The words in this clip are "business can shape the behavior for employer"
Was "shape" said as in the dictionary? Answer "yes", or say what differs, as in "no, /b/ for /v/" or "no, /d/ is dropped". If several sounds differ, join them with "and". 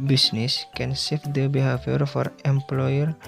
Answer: no, /s/ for /ʃ/